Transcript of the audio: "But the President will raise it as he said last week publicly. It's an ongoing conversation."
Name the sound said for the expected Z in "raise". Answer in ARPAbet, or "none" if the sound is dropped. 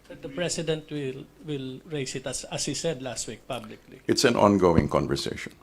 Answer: S